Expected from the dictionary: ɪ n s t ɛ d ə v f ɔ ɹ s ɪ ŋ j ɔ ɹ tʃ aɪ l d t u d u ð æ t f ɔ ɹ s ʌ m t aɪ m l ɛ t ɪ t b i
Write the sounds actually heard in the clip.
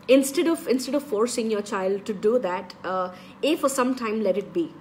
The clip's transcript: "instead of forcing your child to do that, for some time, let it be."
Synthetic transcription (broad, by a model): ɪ n s t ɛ d ə v f ɔ ɹ s ɪ ŋ j ɔ ɹ tʃ aɪ l d t u d u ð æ t f ɔ ɹ s ʌ m t aɪ m l ɛ t ɪ t b i